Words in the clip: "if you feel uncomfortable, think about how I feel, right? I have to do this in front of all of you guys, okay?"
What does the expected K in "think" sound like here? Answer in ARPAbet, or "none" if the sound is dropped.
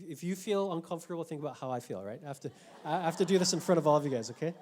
none